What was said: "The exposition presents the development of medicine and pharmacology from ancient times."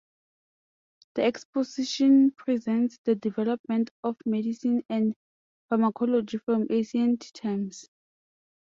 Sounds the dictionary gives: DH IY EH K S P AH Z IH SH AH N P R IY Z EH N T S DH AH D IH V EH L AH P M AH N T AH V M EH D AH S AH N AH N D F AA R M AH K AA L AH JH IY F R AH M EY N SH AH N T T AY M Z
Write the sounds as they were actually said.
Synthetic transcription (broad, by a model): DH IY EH K S P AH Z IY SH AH N P R IY Z EH N T S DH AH D IH V EH L AH P M AH N T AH F M EH D AH S AH N AH N D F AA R M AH K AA L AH JH IY F R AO M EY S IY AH N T T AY M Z